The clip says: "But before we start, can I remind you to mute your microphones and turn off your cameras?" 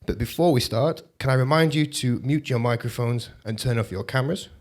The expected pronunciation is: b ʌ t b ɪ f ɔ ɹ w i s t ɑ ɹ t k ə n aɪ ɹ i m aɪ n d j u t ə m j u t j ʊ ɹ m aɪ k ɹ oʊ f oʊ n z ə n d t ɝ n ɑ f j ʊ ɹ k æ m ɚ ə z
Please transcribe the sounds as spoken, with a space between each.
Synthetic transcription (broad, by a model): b ʌ t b ɪ f ɔ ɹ w i s t ɑ ɹ t k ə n aɪ ɹ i m aɪ n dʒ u t ə m j u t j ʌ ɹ m aɪ k ɹ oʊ f oʊ n z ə n t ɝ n ɑ f j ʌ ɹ k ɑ m ɚ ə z